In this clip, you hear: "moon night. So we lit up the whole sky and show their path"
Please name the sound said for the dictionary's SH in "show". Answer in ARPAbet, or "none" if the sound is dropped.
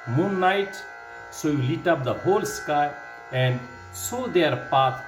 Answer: S